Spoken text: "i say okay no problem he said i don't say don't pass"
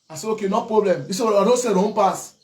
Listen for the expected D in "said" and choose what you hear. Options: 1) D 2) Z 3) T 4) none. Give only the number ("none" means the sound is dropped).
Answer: 4